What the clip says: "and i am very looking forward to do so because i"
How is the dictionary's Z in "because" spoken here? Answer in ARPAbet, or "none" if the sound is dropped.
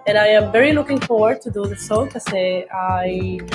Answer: none